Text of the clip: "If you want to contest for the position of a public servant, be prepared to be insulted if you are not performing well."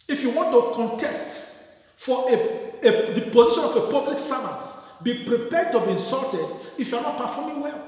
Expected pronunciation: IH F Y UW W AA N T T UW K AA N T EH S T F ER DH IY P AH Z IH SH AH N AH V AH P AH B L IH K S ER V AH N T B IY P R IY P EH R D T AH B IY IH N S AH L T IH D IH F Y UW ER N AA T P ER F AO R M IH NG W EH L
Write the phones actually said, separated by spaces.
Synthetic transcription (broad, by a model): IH F Y UW W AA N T T UW K AA N T EH S T F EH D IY P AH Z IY SH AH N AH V AH P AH B L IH K S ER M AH T B IY P R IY P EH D T AH B IY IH N S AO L T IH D IH F Y UW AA N AA T P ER F AO M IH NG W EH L